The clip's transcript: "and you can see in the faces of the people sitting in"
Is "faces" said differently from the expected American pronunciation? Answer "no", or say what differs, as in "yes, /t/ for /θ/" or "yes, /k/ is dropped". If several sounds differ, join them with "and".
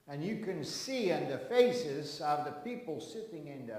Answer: no